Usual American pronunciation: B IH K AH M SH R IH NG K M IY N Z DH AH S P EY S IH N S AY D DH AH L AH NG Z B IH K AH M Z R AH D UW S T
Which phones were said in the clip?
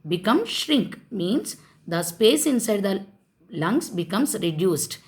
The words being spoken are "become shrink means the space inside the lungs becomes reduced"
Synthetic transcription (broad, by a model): B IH K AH M SH R IH NG K M IY N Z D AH S P EY S IH N S AY D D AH L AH NG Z B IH K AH M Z R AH D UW S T